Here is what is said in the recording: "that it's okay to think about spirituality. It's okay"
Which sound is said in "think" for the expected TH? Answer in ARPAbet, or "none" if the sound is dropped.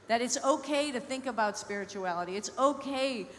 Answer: TH